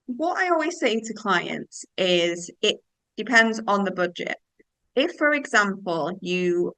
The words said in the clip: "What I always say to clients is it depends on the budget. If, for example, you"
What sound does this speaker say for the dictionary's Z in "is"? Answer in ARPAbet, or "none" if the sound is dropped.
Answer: Z